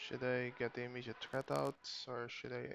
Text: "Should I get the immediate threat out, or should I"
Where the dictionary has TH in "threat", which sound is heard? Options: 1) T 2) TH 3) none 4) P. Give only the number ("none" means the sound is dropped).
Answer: 1